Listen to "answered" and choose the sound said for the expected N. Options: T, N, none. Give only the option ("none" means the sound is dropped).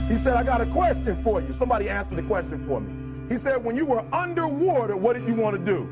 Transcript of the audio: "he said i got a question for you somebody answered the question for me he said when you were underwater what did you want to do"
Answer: none